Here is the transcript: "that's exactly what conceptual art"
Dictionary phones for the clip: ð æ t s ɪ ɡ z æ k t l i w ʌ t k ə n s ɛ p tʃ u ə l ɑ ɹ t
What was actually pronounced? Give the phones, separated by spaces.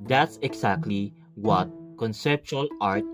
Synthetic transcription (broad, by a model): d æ t s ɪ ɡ s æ k t l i w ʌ t k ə n s ɛ p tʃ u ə l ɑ ɹ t